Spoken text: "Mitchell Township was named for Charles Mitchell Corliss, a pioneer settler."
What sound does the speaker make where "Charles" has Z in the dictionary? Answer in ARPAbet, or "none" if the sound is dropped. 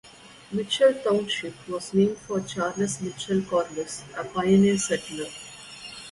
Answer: S